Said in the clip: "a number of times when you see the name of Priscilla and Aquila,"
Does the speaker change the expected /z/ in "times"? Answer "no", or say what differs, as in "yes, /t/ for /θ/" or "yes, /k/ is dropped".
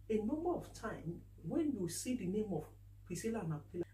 yes, /z/ is dropped